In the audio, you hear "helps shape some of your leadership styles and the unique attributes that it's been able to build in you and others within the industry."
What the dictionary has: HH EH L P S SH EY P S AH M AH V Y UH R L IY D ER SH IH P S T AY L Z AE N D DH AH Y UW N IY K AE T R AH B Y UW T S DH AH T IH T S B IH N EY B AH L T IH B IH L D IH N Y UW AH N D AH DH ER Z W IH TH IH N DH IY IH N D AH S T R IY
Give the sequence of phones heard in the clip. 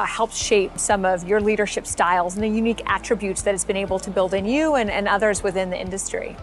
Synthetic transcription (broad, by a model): HH EH L P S SH EY P S AH M AH V Y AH R L IY D ER SH IH P S T AY L Z N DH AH Y UW N IY K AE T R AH B Y UW T S DH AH T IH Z B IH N EY B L T IH B IH L D IH N Y UW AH N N AH DH ER Z W IH TH IH N DH IY IH N D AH S T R IY